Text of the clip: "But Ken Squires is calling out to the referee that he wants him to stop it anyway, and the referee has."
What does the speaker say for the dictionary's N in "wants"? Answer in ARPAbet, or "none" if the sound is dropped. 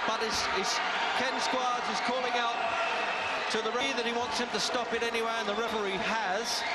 N